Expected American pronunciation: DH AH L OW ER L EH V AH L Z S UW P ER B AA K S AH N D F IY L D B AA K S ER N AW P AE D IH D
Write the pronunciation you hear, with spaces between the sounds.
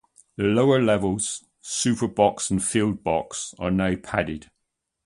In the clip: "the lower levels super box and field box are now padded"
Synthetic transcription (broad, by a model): DH AH L OW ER L EH V AH L Z S UW P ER B AA K S AH N F IY L D B AA K S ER N AW P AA D IH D